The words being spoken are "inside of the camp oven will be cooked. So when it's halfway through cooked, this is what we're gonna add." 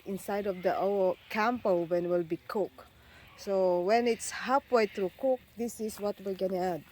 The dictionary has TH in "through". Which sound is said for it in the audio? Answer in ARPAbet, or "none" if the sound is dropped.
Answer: T